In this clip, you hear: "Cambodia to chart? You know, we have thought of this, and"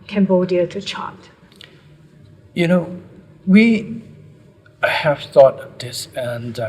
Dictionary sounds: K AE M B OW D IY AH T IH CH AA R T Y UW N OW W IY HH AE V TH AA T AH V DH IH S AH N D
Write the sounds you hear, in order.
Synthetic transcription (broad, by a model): K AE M B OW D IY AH T IH CH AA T Y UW N OW W IY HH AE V TH AA T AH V DH IH S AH N